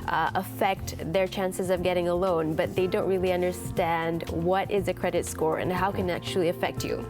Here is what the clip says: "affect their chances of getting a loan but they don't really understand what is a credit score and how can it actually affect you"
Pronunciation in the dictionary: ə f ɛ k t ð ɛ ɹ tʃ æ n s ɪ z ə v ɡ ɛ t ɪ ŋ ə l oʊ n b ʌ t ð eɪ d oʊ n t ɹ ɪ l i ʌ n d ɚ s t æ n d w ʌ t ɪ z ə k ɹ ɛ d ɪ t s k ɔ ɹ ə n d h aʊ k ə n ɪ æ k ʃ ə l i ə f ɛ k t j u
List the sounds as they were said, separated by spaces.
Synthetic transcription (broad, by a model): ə f ɛ k t ð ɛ ɹ tʃ æ n s ɪ z ə v ɡ ɛ t ɪ ŋ ə l oʊ n b ʌ t ð eɪ d oʊ n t ɹ ɪ l i ʌ n d ɚ s t æ n d w ʌ t ɪ z ə k ɹ ɛ d ɪ t s k ɔ ɹ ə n h aʊ k ə n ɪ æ k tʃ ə l i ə f ɛ k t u